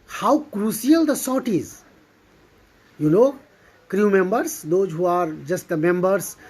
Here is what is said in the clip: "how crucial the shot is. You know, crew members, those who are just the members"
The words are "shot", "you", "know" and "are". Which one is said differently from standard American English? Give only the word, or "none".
shot